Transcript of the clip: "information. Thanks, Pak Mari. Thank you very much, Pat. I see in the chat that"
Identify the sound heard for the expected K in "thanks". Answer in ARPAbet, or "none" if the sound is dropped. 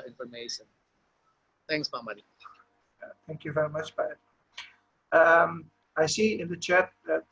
K